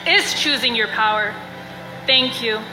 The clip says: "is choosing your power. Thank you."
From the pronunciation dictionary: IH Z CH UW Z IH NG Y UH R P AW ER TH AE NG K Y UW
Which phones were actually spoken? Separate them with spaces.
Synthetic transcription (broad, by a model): IH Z CH UW Z IH NG Y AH R P AW ER TH AE NG K Y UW